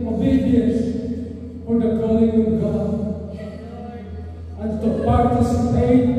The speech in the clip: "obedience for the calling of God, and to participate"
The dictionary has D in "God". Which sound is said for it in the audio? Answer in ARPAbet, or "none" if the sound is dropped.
none